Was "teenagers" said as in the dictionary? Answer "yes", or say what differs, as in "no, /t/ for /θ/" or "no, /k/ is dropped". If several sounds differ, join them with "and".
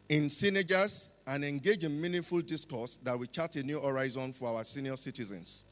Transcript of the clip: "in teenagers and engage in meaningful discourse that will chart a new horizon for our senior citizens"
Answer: no, /s/ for /t/